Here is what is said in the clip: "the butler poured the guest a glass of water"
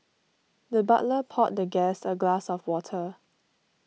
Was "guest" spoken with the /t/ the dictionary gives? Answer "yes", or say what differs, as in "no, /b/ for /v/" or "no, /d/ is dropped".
no, /t/ is dropped